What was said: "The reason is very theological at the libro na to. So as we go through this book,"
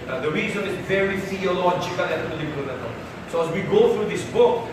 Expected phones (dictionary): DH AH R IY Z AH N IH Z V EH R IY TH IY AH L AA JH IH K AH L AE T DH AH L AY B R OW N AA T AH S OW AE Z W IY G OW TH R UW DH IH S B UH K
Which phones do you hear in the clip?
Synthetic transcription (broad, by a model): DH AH R IY Z AH N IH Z V EH R IY F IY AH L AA CH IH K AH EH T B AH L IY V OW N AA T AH S OW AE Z W IY G OW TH R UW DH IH S B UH K